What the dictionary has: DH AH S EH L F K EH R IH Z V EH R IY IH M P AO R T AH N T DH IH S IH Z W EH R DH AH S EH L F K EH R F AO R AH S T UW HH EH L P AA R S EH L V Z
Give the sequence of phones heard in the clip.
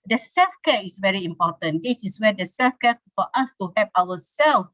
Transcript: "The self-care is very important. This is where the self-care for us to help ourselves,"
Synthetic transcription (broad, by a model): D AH S EH L F K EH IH S V EH R IY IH M P AO T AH N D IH S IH S W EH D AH S EH L F K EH F AO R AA S T UW HH EH P AA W S EH L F